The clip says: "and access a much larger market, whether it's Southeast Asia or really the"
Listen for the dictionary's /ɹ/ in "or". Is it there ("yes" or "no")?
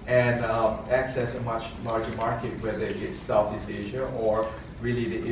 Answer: yes